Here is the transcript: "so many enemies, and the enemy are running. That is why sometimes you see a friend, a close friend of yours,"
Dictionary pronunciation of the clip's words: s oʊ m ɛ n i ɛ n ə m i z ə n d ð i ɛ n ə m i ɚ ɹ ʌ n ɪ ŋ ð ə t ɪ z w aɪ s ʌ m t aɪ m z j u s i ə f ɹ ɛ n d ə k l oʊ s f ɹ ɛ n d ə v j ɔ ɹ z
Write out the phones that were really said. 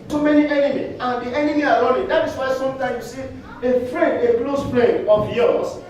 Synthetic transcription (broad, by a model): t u m ɛ n i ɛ n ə m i ə n d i ɛ n ə m i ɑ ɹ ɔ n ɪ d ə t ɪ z w aɪ s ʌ m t aɪ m j u s i ə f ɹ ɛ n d ə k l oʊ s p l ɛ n ə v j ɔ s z